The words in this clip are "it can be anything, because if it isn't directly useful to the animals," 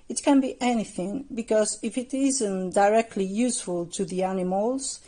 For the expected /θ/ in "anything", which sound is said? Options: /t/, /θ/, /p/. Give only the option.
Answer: /θ/